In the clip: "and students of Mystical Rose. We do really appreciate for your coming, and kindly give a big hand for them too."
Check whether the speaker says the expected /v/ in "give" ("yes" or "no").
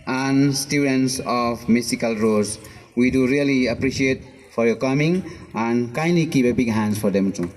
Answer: no